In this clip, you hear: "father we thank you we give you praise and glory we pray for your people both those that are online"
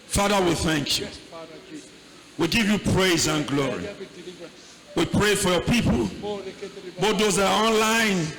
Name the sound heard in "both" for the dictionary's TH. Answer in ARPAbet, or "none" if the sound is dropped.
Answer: T